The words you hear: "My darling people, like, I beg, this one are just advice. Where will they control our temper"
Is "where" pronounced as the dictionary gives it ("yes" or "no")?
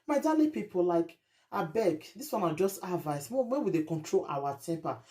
no